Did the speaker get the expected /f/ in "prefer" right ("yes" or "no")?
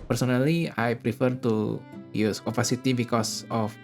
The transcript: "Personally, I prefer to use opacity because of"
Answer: yes